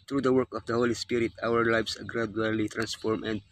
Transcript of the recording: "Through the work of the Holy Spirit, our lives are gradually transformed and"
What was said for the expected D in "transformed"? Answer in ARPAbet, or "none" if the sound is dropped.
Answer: none